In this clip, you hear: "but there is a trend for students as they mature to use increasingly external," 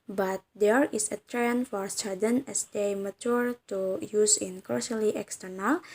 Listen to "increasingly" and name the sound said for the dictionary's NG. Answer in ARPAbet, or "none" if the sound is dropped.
none